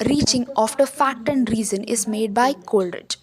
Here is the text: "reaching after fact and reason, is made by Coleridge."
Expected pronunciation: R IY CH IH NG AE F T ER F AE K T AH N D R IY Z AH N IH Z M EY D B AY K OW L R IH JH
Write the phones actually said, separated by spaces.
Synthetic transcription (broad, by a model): R IY CH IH NG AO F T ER F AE T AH N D R IY Z AH N IH Z M EY D B AY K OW L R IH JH